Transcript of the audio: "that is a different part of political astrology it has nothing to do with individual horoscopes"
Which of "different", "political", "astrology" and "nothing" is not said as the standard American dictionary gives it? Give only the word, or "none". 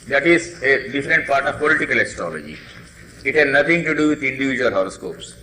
nothing